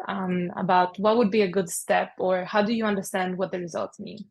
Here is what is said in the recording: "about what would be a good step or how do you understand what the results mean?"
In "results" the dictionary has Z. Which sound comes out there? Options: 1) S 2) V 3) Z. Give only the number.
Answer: 3